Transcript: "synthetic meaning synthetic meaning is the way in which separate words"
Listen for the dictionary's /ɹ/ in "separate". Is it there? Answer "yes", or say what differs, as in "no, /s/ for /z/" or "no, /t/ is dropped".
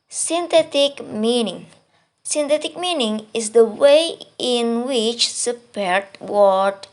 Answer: no, /ɹ/ is dropped